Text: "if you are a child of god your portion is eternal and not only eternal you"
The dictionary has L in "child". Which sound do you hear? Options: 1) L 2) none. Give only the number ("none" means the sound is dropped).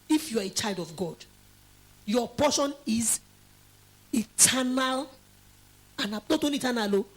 1